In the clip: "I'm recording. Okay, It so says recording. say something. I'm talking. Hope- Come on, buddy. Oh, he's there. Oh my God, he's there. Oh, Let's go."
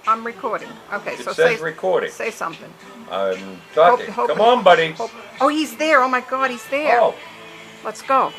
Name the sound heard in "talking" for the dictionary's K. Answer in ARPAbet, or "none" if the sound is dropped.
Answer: none